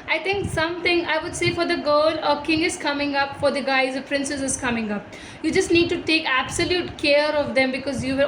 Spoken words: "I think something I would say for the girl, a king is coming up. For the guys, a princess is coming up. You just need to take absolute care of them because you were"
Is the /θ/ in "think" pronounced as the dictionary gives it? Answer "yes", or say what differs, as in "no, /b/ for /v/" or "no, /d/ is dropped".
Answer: no, /t/ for /θ/